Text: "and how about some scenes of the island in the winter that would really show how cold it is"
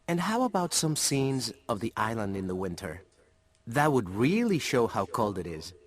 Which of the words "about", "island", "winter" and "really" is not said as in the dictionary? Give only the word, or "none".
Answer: none